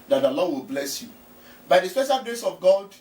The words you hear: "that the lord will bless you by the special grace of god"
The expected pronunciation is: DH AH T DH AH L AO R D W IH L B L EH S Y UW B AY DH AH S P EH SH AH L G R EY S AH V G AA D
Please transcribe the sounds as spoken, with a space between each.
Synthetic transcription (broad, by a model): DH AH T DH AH L AO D W IH L B L EH S Y UW B AY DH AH S P EH SH AH L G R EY S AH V G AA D